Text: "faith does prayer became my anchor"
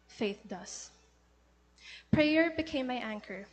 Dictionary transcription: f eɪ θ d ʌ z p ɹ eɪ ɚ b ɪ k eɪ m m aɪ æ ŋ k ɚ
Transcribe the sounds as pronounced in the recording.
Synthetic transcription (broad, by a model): f eɪ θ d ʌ s p ɹ eɪ ɚ b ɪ k eɪ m m aɪ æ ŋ k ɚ